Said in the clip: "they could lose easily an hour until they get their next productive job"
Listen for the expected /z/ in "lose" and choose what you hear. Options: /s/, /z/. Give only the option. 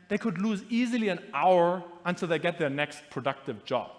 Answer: /z/